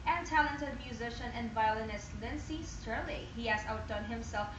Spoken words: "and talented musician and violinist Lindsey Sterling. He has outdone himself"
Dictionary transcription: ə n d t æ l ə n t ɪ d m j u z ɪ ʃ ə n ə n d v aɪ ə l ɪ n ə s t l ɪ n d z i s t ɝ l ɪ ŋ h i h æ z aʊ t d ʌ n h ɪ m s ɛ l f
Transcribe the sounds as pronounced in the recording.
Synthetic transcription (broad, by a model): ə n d t æ l ə n t ɪ d m j u z ɪ ʃ ə n ə n d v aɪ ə l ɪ n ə s t l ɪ n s i s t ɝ l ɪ h i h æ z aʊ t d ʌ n h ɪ m s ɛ l f